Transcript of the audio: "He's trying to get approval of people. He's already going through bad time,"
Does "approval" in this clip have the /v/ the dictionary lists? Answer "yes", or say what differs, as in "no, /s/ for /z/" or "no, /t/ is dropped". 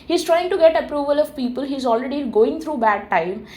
yes